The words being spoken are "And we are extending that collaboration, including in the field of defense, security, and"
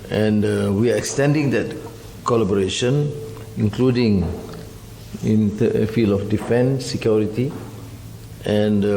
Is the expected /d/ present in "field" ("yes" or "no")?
no